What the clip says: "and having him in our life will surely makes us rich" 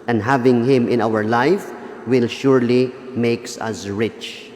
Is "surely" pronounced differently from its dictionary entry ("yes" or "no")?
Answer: no